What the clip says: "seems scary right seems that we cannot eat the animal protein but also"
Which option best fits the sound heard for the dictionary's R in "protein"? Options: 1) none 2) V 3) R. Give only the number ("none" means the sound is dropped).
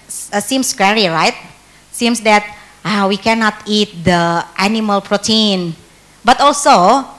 3